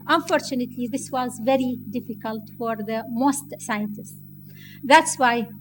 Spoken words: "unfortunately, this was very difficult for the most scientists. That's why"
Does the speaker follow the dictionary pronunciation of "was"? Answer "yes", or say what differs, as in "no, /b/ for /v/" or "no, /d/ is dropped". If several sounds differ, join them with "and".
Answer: yes